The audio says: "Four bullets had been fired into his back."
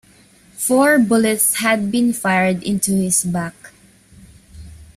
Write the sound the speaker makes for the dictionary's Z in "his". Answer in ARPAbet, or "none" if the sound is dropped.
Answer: S